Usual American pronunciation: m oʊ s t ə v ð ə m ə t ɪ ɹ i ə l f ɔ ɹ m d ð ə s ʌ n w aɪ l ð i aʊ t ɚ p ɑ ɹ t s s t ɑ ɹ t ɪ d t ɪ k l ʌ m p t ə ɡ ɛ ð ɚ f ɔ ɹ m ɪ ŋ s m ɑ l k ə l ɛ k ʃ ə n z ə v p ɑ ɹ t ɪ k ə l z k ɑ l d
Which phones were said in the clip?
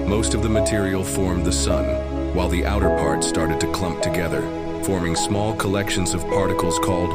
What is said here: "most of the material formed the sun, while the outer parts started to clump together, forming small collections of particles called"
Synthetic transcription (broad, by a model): m oʊ s t ə v ð ə m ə t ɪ ɹ i l f ɔ ɹ m ð ə s ʌ n w aɪ l ð i aʊ t ɚ p ɑ ɹ t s s t ɑ ɹ t ɪ d t ɪ k l ʌ m p t ə ɡ ɛ ð ɚ f ɔ ɹ m ɪ ŋ s m ɑ l k ə l ɛ k ʃ ə n z ə v p ɑ ɹ t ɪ k l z k ɑ l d